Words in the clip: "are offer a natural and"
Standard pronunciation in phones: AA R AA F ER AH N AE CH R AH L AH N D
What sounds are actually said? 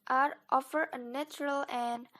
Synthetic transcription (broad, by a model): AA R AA F ER AH N AE CH R AH L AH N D